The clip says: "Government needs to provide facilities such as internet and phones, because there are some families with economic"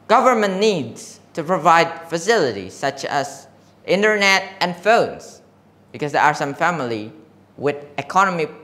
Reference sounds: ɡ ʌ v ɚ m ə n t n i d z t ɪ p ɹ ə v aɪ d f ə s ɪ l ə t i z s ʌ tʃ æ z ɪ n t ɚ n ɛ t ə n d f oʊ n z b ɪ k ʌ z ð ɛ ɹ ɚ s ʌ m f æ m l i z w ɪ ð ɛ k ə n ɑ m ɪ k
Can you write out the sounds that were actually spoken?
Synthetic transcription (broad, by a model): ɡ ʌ v ɚ m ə n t n i d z t ɪ p ɹ ə v aɪ d f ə s ɪ l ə t i s ʌ tʃ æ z ɪ n t ɚ n ɛ t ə n f oʊ n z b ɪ k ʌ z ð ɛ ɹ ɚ s ʌ m f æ m l i w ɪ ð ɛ k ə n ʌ m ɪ